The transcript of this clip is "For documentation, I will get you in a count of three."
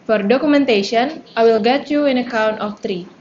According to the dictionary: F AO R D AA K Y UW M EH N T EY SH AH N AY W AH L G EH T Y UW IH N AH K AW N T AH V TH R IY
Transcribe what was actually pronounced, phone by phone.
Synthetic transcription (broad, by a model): F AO R D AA K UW M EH N T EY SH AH N AY W AH L G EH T Y UW IH N AH K AW N T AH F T R IY